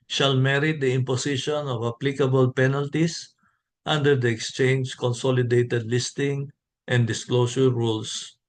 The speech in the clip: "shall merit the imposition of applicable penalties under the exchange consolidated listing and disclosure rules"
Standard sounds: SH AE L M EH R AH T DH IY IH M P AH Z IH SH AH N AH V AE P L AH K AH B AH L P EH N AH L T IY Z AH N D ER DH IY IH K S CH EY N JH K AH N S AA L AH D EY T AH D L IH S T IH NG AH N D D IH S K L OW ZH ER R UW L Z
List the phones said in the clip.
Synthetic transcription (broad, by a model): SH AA L M EH R AH T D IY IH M P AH S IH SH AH N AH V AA P L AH K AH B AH L P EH N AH L T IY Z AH N D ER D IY IH K S CH EY N JH K AH N S AA L AH D EY T AH D L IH S T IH NG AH N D D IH S K L OW S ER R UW L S